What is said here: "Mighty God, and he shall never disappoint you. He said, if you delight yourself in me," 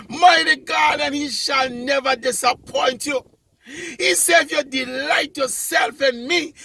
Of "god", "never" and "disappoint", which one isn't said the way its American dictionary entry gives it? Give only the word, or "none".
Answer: none